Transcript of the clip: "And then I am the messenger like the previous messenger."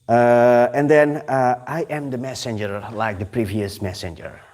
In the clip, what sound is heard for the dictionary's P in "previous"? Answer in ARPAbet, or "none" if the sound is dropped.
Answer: P